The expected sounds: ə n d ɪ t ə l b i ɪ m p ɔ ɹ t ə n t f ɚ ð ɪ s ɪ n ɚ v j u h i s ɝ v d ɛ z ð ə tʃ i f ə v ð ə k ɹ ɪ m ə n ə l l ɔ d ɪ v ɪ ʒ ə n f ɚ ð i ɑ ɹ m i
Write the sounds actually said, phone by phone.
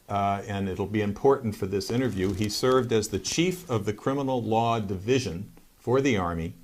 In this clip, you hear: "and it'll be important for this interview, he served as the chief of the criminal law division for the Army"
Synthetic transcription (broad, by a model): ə n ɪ t l b i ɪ m p ɔ ɹ t n t f ɚ ð ɪ s ɪ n ɚ v j u i s ɝ v d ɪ z ð ə tʃ i f ə v ð ə k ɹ ɪ m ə n l l ɔ d ɪ v ɪ ʒ ə n f ɚ ð i ɑ ɹ m i